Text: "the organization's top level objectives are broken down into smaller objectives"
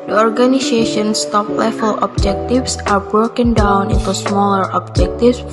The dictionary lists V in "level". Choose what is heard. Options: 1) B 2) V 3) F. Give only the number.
3